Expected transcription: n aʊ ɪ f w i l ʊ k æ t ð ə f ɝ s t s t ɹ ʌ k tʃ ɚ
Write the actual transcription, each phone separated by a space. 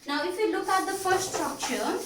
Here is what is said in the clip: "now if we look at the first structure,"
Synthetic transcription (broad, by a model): n aʊ ɪ f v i l ʊ k æ t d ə f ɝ t s t ɹ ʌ k tʃ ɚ